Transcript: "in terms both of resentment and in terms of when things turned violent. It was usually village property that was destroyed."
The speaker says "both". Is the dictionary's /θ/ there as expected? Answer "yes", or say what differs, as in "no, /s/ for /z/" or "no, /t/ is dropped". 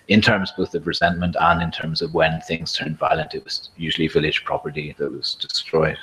yes